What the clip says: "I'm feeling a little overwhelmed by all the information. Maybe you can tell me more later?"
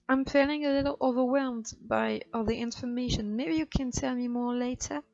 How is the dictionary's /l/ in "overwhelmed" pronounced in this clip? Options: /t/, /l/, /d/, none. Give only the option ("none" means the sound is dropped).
/l/